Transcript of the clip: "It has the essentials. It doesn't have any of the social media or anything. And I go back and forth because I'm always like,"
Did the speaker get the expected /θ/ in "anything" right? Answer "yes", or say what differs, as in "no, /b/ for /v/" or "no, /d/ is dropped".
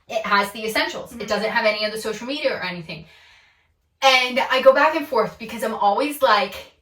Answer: yes